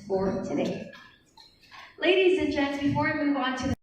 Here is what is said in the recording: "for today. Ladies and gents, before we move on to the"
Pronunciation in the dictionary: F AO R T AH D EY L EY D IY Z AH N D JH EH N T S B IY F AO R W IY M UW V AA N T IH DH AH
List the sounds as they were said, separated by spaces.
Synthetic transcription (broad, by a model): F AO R T AH D EY L EY D IY Z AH N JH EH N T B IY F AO R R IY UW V AA N T IH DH